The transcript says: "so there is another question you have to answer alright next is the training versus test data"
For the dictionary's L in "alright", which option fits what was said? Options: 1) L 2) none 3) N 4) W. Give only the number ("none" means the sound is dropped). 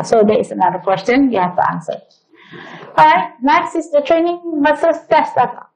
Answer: 2